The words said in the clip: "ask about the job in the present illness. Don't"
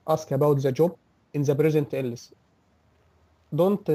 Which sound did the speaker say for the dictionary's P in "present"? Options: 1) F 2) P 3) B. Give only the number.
3